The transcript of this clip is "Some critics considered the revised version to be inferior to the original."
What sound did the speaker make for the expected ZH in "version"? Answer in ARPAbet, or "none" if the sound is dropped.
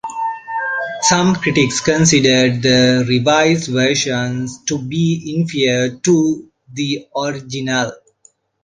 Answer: SH